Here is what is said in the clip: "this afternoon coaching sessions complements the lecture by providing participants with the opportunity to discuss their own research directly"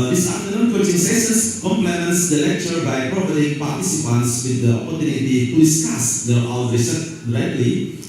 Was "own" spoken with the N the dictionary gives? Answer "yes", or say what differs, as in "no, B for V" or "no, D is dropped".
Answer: no, L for N